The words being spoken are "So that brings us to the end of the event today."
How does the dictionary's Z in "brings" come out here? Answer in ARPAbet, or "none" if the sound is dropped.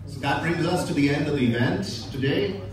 Z